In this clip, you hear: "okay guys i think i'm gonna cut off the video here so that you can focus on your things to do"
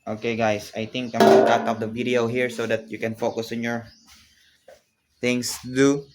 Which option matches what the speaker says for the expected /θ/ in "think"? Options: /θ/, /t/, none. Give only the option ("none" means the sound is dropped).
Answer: /t/